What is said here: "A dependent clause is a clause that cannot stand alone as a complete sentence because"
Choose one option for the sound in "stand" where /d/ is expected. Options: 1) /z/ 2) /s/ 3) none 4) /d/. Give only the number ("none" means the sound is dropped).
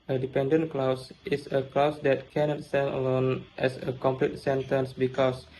3